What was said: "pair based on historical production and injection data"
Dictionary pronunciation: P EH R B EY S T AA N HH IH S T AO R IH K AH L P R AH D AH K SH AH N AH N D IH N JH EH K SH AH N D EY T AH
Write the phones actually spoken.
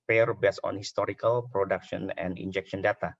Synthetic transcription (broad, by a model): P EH R B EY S AA N HH IH S T AO R IH K AH L P R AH D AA K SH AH N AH N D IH N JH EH K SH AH N D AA T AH